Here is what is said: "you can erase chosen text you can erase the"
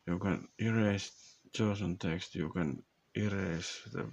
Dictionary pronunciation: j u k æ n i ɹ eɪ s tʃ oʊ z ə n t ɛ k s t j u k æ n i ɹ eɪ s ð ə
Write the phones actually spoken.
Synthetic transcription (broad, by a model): j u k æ n i ɹ eɪ s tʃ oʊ s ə n t ɛ k s t j u k æ n i ɹ eɪ s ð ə